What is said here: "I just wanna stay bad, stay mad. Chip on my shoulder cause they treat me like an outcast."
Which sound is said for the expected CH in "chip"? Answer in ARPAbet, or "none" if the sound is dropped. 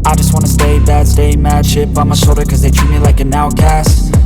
SH